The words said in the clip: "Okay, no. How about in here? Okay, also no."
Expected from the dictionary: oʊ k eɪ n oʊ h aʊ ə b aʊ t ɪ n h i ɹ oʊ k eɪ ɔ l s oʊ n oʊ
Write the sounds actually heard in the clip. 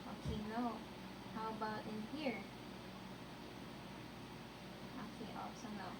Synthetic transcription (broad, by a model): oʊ k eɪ n oʊ h aʊ ə b aʊ t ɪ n h i ɹ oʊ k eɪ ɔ s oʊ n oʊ